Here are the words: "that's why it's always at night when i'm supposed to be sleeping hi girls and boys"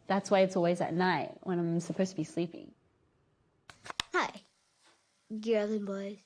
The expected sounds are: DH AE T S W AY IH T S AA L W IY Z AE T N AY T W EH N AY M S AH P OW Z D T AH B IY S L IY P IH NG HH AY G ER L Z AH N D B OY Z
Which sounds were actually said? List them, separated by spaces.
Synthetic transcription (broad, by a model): DH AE T S W AY IH T S AA L W IY Z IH T N AY T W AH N AY M S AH P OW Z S T AH B IY S L IY P IH NG HH AY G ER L AH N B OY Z